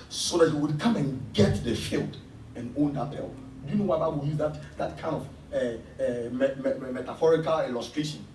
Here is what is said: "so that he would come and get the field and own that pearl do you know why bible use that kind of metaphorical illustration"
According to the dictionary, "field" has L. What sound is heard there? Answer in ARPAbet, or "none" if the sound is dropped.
L